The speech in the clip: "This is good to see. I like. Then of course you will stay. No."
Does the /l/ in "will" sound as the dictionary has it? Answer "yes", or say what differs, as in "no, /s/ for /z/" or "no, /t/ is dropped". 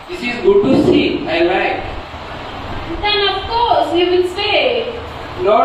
no, /n/ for /l/